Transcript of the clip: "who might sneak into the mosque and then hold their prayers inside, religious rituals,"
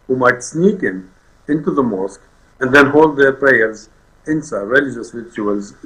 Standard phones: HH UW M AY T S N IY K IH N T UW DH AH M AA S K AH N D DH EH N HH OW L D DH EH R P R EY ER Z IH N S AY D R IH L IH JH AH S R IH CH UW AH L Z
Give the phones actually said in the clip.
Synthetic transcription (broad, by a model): HH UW M AY T S N IY K IH N T UW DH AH M AA S K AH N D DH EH N HH OW L D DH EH R P R EY ER Z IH N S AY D R IH L IH JH AH S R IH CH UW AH L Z